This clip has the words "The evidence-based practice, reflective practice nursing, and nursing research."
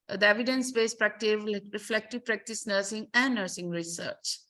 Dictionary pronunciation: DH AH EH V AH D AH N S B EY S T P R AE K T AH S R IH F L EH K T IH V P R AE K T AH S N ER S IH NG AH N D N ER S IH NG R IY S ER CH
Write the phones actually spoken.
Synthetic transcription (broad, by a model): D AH EH V AH D AH N S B EY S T P R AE K T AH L R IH F L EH K T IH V P R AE K T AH S N ER S IH NG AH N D N ER S IH NG R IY S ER CH